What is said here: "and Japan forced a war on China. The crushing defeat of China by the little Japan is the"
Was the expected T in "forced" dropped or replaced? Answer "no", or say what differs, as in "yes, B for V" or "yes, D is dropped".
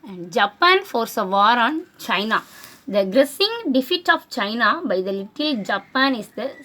yes, T is dropped